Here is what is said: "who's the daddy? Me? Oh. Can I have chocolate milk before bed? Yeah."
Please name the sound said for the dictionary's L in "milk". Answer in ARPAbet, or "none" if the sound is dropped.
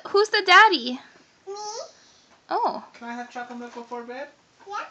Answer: none